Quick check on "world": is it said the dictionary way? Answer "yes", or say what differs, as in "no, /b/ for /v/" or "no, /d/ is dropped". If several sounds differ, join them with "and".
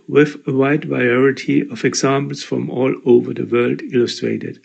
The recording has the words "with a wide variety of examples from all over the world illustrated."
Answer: yes